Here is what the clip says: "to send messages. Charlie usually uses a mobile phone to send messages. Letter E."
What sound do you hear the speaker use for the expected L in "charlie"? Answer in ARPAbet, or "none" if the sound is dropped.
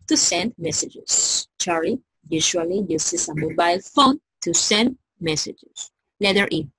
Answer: none